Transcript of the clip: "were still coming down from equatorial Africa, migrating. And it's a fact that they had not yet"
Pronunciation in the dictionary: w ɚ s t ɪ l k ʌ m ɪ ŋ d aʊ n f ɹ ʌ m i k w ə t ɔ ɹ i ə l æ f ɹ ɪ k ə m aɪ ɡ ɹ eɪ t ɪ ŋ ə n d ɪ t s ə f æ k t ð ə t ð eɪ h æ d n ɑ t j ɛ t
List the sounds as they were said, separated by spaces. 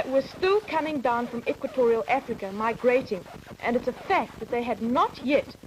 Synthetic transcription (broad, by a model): w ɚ s t ɪ l k ʌ m ɪ ŋ d aʊ n f ɹ ʌ m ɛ k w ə t ɔ ɹ i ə l æ f ɹ ɪ k ə m aɪ ɡ ɹ eɪ t ɪ ŋ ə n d ɪ t s ə f æ k t ð ə t ð eɪ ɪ d n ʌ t j ɛ t